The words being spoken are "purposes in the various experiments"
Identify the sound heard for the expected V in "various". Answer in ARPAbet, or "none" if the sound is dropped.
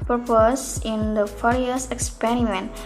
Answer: F